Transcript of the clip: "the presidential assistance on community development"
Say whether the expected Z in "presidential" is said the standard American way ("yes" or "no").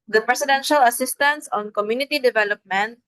no